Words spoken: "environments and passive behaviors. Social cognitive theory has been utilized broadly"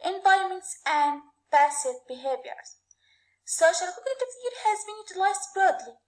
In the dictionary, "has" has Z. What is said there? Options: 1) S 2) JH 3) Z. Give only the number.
3